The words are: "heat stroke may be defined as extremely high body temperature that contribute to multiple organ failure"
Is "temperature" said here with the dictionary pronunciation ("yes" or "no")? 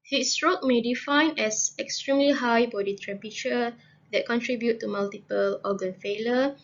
no